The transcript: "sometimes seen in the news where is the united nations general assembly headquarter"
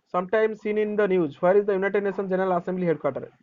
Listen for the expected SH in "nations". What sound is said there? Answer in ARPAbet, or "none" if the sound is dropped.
S